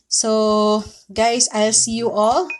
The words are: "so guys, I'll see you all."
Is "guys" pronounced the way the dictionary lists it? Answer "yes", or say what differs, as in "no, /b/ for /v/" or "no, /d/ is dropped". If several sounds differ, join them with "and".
no, /s/ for /z/